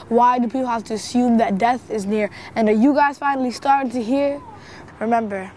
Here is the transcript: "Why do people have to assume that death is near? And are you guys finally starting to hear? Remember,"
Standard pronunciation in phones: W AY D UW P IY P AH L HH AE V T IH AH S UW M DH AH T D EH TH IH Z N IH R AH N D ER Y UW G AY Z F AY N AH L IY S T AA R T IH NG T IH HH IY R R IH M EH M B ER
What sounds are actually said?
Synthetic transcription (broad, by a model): W AY D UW P IY P L HH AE F T IH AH S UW M DH AH T D EH TH IH Z N IH R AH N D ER Y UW G AY Z F AY N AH L IY S T AA R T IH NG T IH HH IY R R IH M EH M B ER